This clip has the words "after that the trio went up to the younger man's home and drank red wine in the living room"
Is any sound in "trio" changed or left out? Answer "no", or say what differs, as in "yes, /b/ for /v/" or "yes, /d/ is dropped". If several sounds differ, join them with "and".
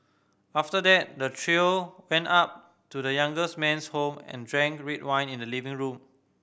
no